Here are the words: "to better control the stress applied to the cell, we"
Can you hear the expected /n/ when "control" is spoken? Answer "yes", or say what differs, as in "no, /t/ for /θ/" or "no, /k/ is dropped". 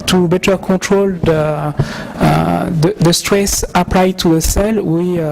no, /n/ is dropped